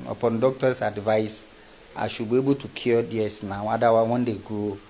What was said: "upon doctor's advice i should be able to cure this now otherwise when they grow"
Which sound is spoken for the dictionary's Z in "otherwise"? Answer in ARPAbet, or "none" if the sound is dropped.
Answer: none